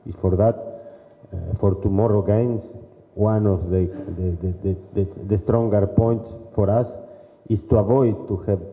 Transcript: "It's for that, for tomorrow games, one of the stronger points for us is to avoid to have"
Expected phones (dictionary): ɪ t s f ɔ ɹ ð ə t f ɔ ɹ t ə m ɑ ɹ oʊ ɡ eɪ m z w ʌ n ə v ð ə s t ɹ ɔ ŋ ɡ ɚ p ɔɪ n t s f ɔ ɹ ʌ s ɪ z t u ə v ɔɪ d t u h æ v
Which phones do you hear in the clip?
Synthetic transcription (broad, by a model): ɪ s f ɔ ɹ ð ə t f ɔ ɹ t ə m ɑ ɹ oʊ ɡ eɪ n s w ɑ n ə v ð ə s t ɹ ɔ ŋ ɡ ɚ p ɔɪ n t s f ɔ ɹ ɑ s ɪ s t u ə v ɔɪ d t u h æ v